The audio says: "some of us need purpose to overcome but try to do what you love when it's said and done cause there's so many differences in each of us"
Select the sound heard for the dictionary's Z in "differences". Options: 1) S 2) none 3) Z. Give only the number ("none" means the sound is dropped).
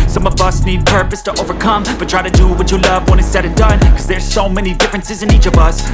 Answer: 3